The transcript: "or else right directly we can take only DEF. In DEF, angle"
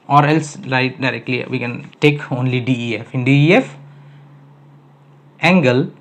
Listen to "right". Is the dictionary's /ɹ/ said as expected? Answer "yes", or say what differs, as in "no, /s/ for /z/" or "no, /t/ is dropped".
no, /l/ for /ɹ/